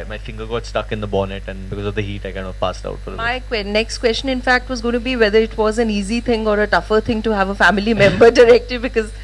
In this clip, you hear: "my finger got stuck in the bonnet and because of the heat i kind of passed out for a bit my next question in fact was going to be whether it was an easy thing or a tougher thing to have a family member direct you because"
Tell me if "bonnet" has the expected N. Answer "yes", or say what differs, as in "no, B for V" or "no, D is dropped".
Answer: yes